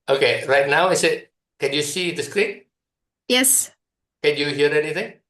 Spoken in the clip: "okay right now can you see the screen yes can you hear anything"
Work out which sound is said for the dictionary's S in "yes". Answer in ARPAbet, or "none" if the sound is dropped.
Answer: S